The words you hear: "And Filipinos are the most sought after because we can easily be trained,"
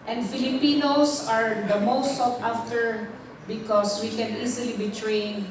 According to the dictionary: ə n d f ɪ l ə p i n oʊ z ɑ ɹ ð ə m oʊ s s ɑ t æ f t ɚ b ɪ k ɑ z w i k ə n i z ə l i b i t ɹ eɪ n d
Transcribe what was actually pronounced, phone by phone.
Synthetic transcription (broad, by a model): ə n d f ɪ l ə p i n oʊ s ɑ ɹ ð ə m oʊ s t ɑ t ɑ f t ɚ b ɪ k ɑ s w i k ə n i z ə l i b i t ɹ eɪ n